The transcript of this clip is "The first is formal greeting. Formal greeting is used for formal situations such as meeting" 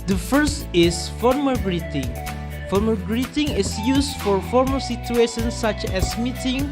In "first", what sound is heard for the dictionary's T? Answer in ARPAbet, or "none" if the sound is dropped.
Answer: T